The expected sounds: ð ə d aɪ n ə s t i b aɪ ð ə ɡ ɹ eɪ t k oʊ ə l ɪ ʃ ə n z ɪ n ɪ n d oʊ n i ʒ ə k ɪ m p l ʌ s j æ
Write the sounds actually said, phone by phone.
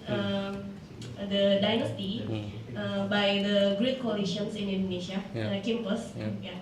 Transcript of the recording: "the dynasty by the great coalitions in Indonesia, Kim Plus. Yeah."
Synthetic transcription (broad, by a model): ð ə d aɪ n ə s t i b aɪ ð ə ɡ ɹ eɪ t k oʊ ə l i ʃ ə n s ɪ n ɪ n d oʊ n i ʃ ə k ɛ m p ʌ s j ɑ